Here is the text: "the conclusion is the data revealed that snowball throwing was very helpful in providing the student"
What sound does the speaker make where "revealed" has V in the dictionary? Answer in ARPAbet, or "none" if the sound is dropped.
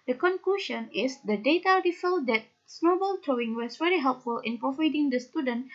F